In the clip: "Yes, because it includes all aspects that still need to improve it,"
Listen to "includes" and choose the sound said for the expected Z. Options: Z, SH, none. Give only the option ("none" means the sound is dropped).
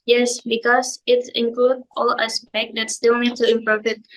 none